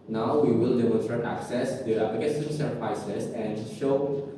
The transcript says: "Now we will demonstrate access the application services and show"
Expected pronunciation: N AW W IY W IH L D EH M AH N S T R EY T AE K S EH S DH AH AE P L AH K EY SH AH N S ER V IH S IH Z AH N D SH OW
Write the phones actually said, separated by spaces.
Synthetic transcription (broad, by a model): N AW W IY W IH L D EH M AH N S T R EY T AE K S EH S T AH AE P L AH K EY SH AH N S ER P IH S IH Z AH N D SH OW